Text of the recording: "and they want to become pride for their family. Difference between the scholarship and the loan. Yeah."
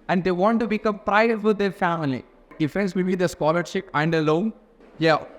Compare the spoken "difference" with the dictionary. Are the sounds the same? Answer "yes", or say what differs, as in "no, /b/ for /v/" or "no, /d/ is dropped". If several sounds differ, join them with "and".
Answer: no, /ɹ/ is dropped